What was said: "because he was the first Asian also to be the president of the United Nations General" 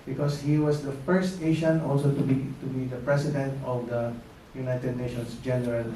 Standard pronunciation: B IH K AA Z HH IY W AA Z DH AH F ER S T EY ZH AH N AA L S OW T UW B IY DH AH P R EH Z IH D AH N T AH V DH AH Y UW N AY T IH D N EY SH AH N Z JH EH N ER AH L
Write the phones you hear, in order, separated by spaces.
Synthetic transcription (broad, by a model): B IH K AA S HH IY W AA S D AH F ER S T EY SH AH N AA L S OW T UW B IY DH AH P R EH S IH D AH N T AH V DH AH Y UW N AY T IH D N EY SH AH N S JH EH N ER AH L